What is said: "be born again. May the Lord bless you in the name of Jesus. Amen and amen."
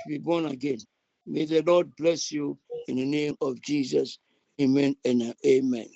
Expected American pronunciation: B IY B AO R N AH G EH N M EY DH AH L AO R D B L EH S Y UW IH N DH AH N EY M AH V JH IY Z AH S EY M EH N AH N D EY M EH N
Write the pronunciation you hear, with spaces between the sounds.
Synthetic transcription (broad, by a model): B IY B AO N AH G EH N M EY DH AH L AO D B L EH S Y UW IH N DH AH N EY M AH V JH IY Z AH S EY M EH N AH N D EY M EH N